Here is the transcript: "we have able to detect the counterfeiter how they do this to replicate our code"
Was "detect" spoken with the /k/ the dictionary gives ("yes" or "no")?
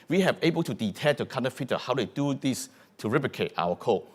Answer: no